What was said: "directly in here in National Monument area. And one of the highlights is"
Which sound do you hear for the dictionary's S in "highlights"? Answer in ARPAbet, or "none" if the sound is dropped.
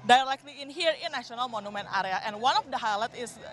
none